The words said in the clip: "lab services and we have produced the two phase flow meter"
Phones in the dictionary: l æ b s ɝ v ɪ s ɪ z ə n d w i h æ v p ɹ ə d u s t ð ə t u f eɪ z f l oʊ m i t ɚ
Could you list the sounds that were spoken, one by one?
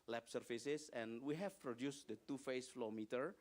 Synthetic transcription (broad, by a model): l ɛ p s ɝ f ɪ s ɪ s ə n w i h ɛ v p ɹ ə d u s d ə t u f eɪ s f l oʊ m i t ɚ